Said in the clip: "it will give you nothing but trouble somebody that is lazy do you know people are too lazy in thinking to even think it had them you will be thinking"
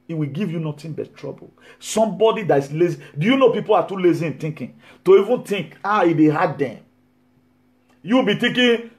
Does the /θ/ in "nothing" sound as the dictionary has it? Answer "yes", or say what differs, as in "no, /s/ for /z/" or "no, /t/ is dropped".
no, /t/ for /θ/